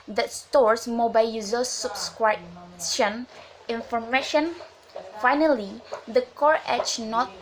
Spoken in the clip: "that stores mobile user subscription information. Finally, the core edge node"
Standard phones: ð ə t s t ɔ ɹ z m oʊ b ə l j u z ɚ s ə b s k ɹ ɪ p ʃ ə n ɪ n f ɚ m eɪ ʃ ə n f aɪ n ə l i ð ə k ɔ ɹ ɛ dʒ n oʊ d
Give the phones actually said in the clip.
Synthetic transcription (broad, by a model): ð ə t s t ɔ ɹ s m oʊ b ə l j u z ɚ s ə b s k ɹ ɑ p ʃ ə n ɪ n f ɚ m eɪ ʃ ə n f aɪ n ə l i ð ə k ɔ ɹ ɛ tʃ n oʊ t